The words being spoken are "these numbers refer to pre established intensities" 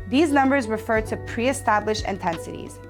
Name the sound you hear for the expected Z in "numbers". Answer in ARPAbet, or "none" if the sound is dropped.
Z